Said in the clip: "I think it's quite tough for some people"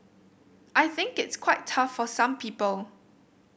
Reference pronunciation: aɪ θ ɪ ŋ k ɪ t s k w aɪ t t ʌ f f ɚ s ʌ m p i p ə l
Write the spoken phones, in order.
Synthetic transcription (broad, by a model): aɪ θ ɪ ŋ k ɪ t s k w aɪ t t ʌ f f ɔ s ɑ m p i p ə l